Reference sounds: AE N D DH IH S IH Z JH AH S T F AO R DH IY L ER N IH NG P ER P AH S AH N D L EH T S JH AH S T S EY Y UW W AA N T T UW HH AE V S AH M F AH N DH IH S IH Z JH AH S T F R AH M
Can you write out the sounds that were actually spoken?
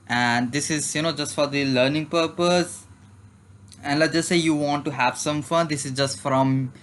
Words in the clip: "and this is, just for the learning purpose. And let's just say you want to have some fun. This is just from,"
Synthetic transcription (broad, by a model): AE N D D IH S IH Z JH AH S T F AO R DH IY L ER N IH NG P ER P AH S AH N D L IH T JH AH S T S EY Y UW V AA N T T UW HH AE V S AH M F AH N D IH S IH Z JH AH S T F R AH M